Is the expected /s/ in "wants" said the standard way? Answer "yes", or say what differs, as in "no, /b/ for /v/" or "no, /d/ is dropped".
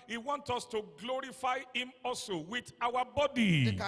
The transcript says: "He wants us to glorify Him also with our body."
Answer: no, /s/ is dropped